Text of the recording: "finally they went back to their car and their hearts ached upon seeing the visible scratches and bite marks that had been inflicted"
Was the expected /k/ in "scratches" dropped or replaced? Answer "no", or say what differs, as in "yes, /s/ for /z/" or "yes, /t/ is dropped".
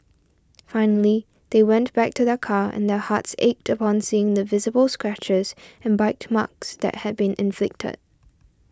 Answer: no